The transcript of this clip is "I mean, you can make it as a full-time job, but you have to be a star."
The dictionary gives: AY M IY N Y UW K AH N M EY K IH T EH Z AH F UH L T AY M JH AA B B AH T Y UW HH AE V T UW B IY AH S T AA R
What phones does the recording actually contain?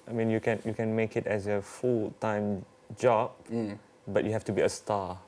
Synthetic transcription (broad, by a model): AY M IY N Y UW K AH N M EY K IH T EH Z AH F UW L T AY M JH AA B B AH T Y UW HH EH F T UW B IY AH S T AA